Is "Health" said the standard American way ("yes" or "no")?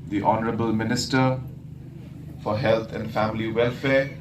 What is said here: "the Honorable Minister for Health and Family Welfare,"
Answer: no